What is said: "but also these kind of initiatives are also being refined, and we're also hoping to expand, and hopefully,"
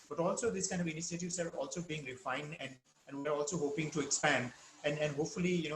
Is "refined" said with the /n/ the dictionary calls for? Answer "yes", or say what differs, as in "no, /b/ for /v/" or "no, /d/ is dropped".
yes